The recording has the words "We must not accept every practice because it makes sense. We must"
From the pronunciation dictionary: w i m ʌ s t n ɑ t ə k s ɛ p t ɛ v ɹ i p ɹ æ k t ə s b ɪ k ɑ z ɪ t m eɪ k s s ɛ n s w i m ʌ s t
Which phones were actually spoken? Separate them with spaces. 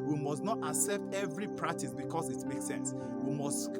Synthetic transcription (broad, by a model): w i m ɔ s t n ɑ t ə k s ɛ p t ɛ v ɹ i p ɹ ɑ k t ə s b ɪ k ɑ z ɪ t m eɪ k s s ɛ n s w i m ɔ s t